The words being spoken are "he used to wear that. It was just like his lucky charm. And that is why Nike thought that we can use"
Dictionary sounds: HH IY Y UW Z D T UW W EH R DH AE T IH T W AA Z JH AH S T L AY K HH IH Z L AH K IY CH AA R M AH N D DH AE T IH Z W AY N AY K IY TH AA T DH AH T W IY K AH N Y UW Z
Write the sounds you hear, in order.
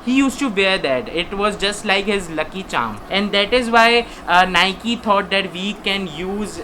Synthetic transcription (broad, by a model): HH IY Y UW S T UW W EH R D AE T IH T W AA Z JH AH S T L AY K HH IH Z L AH K IY CH AA M AH N D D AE T IH Z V AY N AY K IY T AA T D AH T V IY K AH N Y UW Z